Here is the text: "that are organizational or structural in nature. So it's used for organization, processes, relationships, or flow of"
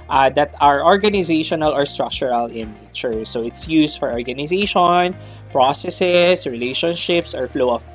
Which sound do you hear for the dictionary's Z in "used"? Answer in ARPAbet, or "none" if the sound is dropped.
S